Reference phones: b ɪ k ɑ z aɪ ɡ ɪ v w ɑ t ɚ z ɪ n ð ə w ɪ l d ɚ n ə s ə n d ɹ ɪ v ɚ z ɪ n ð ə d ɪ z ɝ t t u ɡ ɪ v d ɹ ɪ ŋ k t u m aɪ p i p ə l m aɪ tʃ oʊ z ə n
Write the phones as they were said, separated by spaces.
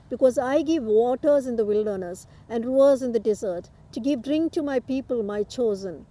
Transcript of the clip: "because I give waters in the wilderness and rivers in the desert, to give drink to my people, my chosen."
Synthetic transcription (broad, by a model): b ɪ k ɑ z aɪ ɡ ɪ v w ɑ t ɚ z ɪ n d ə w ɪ l d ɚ n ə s ə n d ɹ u ɚ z ɪ n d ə d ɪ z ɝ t t u ɡ ɪ v d ɹ ɪ ŋ k t u m aɪ p i p ə l m aɪ tʃ oʊ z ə n